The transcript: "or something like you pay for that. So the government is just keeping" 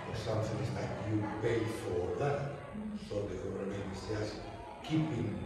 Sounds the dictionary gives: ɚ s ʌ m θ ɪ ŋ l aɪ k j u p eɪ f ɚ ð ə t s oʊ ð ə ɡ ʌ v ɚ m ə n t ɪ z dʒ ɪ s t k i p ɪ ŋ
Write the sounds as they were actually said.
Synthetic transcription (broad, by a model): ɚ s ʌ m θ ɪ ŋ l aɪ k j u p eɪ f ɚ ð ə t s oʊ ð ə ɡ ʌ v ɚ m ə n ɪ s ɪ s k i p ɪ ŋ